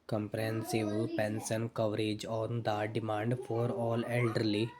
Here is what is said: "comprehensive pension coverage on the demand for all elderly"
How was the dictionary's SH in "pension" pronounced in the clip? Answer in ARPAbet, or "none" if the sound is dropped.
S